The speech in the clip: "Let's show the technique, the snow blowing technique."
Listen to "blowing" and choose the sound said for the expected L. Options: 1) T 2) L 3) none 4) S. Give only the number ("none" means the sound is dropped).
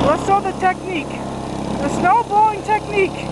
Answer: 3